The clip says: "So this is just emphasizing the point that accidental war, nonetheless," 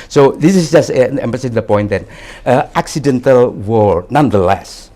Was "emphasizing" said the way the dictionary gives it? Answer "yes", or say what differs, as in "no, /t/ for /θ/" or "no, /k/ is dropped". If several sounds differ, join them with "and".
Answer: no, /p/ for /f/